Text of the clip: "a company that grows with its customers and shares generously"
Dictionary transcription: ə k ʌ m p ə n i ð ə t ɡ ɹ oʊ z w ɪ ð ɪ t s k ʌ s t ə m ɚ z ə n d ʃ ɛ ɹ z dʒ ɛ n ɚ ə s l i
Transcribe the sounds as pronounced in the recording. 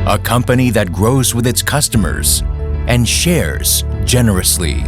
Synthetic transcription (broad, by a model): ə k ʌ m p ə n i ð ə t ɡ ɹ oʊ z w ɪ ð ɪ t s k ʌ s t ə m ɚ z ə n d ʃ ɛ ɹ z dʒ ɛ n ɚ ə s l i